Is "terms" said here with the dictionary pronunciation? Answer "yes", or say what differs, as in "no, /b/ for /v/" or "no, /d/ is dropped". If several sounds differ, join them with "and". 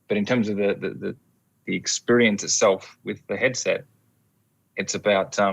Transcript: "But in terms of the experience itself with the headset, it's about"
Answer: yes